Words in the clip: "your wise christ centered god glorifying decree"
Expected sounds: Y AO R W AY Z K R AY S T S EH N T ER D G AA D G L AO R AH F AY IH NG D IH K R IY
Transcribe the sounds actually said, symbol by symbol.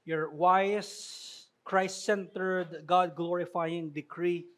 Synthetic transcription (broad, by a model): Y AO R W AY S K R AY S T S EH N T ER D G AA D G L AO R AH F AY IH NG D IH K R IY